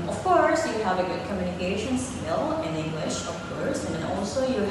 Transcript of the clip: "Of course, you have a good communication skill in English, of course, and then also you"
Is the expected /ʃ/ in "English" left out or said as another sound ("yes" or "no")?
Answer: no